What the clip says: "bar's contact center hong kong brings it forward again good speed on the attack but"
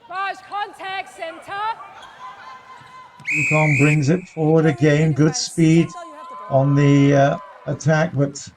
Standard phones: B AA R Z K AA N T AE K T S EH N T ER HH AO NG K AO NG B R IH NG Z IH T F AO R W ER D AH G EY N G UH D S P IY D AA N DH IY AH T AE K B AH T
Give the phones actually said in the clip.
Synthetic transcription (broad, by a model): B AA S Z K AA N T AE K T S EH N T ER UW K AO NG B R IH NG Z IH T F AO R W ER D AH G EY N G UH D S P IY D N DH IY AH T AE K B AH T